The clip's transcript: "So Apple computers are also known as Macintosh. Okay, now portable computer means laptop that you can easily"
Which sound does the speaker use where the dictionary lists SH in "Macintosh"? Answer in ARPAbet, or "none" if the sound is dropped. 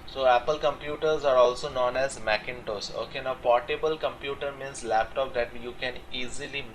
S